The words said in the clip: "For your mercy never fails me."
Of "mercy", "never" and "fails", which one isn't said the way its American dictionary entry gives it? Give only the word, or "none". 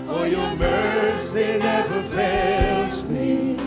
fails